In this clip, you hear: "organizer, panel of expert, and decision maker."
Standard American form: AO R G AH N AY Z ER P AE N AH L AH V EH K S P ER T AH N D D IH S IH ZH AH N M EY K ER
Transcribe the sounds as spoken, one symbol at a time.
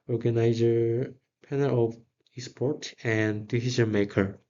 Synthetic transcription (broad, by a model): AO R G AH N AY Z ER P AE N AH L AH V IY S P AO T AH N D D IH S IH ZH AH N M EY K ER